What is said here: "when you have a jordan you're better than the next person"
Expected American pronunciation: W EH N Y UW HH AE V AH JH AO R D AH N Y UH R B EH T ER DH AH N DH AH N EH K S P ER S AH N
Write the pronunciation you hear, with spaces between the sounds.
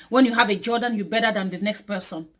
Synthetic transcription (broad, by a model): W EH N Y UW HH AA V AH JH AO D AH N Y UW B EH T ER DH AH N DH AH N EH K S P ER S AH N